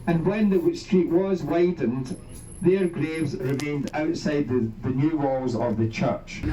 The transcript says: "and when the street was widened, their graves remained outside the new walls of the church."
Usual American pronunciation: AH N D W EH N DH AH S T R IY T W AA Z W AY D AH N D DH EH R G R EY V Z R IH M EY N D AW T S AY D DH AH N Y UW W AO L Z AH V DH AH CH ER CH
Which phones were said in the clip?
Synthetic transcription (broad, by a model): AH N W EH N DH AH S T R IY T W AA Z W AY D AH N D DH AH R G R EY V Z R IH M EY N D AW T S AY D DH AH N Y UW W AO L Z AH V DH AH CH ER CH